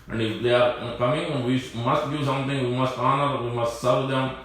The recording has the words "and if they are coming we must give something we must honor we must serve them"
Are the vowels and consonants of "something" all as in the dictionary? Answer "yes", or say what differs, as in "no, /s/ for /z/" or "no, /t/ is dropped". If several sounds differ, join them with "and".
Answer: no, /t/ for /θ/